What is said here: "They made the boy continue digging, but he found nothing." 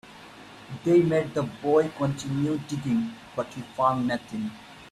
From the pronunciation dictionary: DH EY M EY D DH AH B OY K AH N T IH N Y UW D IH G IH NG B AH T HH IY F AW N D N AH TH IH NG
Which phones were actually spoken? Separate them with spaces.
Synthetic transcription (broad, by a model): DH EY M EY D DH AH B OY K AH N T IH N Y UW D IH G IH NG B AH T HH IY F AW N D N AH T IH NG